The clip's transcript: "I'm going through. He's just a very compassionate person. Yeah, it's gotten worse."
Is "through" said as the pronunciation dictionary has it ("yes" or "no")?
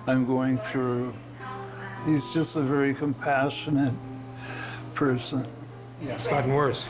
yes